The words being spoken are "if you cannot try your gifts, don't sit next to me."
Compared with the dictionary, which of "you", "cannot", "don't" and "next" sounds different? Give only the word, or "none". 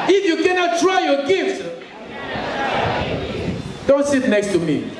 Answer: none